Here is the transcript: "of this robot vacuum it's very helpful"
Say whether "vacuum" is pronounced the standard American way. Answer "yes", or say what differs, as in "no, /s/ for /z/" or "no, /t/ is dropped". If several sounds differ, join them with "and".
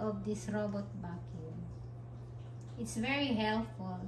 no, /b/ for /v/